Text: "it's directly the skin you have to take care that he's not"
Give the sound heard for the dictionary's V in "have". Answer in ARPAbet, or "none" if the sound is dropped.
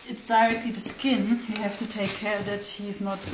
F